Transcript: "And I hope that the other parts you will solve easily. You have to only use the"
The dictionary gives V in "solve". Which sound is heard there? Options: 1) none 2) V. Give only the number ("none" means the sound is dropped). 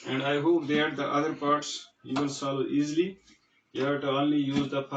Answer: 1